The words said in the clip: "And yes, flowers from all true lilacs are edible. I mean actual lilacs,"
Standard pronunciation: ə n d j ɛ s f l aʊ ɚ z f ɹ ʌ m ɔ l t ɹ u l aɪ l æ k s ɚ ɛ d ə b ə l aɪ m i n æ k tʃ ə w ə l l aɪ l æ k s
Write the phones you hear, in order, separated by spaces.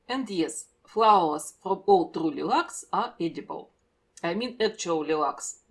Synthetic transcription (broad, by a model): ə n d j ɛ s f l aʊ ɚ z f ɹ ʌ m ɔ l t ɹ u l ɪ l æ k s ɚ ɛ d ə b ə l aɪ m i n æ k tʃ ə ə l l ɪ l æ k s